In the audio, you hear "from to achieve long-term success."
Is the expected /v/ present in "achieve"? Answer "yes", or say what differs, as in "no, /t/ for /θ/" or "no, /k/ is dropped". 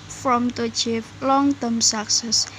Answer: no, /p/ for /v/